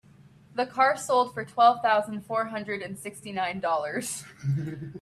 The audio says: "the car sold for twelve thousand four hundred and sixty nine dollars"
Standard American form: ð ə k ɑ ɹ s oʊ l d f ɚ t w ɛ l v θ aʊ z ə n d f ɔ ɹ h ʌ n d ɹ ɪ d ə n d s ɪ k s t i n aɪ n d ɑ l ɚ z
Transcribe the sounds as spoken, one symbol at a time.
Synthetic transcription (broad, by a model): ð ə k ɑ ɹ s oʊ l d f ɚ t w ɛ l v θ aʊ z ə n d f ɔ ɹ h ʌ n d ɹ ɪ d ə n s ɪ k s t i n aɪ n d ɑ l ɚ z